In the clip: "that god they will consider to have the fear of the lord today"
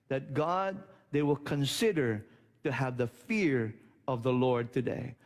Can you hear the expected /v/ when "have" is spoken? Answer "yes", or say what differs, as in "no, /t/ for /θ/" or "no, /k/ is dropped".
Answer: yes